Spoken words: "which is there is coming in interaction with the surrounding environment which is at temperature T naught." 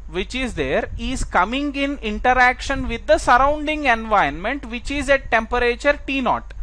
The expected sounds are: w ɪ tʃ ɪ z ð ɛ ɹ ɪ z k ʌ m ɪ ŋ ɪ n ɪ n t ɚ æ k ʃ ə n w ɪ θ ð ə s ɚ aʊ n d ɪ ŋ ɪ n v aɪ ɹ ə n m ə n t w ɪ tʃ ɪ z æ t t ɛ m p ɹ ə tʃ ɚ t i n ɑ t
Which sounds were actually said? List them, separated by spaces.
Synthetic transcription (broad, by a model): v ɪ tʃ ɪ z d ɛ ɹ ɪ z k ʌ m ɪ ŋ ɪ n ɪ n t ɚ æ k ʃ ə n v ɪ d ə s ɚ aʊ n d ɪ ŋ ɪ n v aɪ ə n m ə n t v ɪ tʃ ɪ z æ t t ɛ m p ɹ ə tʃ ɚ t i n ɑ t